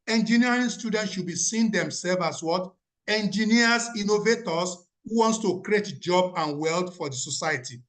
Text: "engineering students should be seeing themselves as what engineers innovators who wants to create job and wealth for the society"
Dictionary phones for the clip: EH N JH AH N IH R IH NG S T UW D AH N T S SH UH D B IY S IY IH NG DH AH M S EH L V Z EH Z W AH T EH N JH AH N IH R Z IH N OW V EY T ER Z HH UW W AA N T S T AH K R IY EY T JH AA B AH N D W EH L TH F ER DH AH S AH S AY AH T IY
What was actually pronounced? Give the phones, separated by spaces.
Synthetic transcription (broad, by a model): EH N JH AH N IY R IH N S T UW D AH N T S SH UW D B IY S IY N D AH M S EH L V AA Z W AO T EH N JH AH N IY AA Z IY N OW V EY T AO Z HH UW W AA N T S T AH K R IY EY T JH AA B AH N W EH L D F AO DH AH S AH S AY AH T IY